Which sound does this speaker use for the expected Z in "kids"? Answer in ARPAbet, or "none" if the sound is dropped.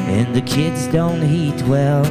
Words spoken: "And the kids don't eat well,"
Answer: Z